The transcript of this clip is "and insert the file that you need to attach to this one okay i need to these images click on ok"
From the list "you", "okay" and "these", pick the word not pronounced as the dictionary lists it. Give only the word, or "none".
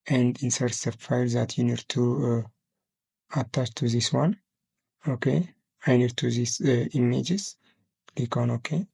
these